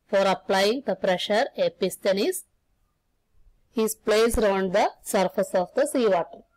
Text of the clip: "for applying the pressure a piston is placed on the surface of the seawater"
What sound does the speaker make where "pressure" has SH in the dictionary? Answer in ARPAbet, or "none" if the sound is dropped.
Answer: SH